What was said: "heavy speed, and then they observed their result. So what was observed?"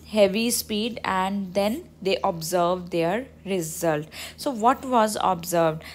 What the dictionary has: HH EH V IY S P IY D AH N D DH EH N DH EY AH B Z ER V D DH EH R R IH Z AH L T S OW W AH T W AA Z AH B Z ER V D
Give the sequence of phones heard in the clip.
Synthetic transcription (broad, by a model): HH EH V IY S P IY D AH N D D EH N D EY AH B Z ER V D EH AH R R IH Z AH L T S OW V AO T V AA Z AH B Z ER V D